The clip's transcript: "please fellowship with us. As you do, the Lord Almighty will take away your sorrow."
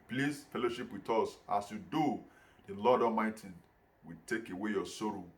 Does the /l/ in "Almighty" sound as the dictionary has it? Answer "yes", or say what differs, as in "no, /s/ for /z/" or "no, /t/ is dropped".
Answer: no, /l/ is dropped